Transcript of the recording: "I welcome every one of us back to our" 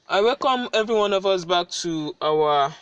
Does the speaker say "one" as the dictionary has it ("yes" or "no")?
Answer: yes